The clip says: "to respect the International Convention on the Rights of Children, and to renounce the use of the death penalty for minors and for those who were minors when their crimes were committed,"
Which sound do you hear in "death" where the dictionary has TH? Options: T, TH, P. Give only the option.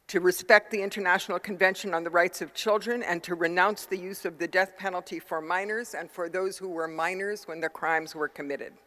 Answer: TH